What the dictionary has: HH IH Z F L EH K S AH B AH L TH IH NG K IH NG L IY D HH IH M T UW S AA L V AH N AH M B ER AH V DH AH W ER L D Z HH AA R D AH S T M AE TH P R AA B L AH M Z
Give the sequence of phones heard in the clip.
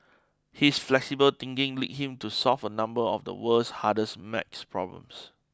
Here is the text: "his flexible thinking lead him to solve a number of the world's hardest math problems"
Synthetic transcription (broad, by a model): HH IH S F L EH K S AH B AH L T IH NG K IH NG L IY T HH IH M T UW S AA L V AH N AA M B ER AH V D AH W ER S HH AA D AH S M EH S P R AA B L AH M S